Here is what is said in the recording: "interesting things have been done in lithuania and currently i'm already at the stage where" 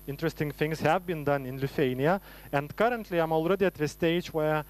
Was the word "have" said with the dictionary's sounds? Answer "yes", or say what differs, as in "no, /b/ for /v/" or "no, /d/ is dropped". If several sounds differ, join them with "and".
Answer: yes